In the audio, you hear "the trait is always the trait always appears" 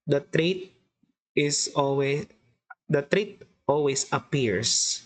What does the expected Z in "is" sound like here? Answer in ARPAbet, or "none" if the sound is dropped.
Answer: S